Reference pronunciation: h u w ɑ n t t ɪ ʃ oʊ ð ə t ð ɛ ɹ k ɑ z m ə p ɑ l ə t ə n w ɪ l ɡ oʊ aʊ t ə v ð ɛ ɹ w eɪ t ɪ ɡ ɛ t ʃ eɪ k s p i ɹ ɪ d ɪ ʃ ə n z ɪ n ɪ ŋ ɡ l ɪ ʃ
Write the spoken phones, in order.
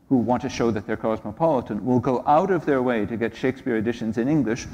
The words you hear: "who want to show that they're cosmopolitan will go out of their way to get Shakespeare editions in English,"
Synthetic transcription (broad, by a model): h u w ɑ n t t ɪ ʃ oʊ ð ə t ð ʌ ɹ k ɑ z m ə p ɑ l ə t ə n w ɪ l ɡ oʊ aʊ t ə v ð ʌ ɹ w eɪ t ɪ ɡ ɛ t ʃ eɪ k s p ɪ ɹ ɪ d ɪ ʃ ə n z ɪ n ɪ ŋ ɡ l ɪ ʃ